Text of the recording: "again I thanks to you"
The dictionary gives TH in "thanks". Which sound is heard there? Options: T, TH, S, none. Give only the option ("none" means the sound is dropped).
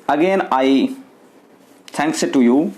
T